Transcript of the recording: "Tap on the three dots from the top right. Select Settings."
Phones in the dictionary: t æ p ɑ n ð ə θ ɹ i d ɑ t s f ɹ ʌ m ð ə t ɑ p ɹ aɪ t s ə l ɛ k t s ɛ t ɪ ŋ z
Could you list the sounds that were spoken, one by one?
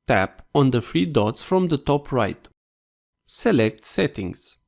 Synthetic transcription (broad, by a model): t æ p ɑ n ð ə f ɹ i d ɑ t s f ɹ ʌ m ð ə t ɑ p ɹ aɪ t s ə l ɛ k t s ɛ t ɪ ŋ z